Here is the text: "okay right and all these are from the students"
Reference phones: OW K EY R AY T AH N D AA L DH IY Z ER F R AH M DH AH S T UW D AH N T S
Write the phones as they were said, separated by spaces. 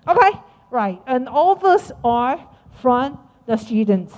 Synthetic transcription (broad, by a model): OW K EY R AY T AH N AA L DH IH S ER F R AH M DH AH S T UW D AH N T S